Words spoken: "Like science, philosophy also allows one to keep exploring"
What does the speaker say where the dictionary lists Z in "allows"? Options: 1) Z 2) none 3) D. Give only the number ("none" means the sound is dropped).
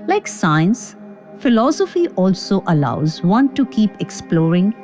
1